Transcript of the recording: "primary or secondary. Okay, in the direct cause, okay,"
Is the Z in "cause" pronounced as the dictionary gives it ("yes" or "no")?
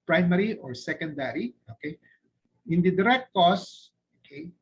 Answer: no